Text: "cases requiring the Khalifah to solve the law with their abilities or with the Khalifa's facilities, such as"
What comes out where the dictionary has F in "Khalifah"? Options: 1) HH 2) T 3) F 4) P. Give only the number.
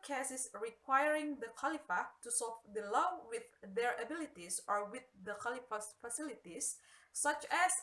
3